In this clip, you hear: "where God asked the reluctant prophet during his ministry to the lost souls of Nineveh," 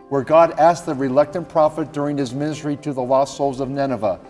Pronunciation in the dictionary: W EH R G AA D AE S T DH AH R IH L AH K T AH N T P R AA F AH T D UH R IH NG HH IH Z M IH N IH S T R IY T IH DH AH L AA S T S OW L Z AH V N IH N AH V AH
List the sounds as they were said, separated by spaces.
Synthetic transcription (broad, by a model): W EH R G AA D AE S DH AH R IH L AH K T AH N P R AA F AH T D UH R IH NG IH Z M IH N IH S T R IY T IH DH AH L AA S S OW L Z AH V N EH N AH V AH